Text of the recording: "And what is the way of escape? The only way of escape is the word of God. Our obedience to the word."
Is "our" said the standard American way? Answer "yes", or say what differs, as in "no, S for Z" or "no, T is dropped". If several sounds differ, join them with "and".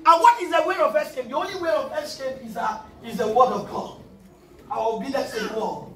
no, W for R